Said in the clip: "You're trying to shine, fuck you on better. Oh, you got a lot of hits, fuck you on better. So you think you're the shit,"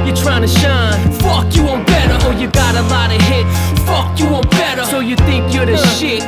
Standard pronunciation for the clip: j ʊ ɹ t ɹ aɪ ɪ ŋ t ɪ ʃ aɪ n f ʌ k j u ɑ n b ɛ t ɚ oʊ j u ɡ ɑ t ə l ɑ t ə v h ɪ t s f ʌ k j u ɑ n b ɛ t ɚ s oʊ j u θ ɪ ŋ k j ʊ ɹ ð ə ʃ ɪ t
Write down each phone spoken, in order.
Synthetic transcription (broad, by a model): j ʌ ɹ t ɹ aɪ ɪ ŋ t ɪ ʃ aɪ n f ʌ k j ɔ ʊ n b ɛ t ɚ oʊ j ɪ ɡ ɑ t ə l ɑ t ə h ɪ t f ʌ k j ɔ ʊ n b ɛ t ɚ s oʊ j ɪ θ ɪ ŋ k j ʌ ɹ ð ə ʃ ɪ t